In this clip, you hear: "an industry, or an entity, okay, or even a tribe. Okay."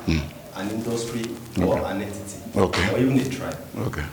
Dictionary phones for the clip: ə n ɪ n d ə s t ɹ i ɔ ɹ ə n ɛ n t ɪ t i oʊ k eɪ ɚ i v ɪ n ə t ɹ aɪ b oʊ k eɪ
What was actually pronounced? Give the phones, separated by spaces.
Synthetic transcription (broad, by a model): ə n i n d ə s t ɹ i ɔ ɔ ə n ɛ t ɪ t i oʊ k eɪ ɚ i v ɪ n ə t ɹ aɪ oʊ k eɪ